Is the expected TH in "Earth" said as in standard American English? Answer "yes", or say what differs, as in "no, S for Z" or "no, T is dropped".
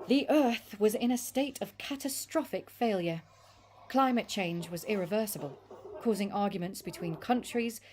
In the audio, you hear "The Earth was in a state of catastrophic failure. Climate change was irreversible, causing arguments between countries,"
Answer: yes